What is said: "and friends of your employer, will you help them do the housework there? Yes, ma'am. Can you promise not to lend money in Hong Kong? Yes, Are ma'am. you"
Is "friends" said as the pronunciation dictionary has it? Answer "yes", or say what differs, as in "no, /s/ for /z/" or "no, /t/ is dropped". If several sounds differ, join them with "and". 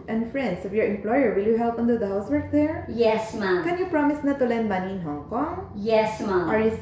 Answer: no, /s/ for /z/